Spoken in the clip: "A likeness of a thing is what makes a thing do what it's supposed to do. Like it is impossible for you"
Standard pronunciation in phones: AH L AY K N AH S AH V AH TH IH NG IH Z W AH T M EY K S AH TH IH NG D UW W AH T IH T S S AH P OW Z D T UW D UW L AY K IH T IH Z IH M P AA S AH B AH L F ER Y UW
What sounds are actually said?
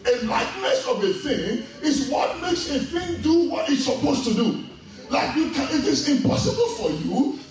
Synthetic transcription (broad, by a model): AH L AY K N AH S AH V AH TH IH NG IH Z W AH T M EY K S AH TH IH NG D UW W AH T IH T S S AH P OW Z T UW D UW L AY K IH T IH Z IH M P AA S AH B AH L F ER Y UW